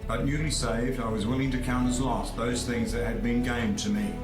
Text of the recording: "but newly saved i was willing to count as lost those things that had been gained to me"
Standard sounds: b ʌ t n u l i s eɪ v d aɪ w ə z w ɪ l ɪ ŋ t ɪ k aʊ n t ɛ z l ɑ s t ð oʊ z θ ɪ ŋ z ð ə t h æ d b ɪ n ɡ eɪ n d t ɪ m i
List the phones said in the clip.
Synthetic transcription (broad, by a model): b ʌ t n u l i s eɪ v d aɪ w ə z w ɪ l ɪ ŋ t ɪ k aʊ n t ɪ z l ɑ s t ð oʊ z θ ɪ ŋ z ð ə t h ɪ d b ɪ n ɡ eɪ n t ɪ m i